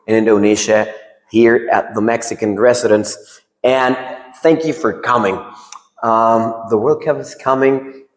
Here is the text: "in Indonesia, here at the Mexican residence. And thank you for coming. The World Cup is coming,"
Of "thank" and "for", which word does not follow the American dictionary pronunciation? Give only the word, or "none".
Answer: none